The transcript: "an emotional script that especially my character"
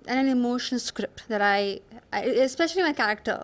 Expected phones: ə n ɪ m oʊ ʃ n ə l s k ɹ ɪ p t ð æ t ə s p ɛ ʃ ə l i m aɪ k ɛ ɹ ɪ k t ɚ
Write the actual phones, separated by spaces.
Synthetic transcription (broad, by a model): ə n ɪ m oʊ ʃ ə n s k ɹ ɪ p t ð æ t ə s p ɛ ʃ ə l i m aɪ k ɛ ɹ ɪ k t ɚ